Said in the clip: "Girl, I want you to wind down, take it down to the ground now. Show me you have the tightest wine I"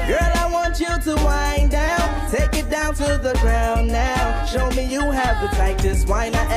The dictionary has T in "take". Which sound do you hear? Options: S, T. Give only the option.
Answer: T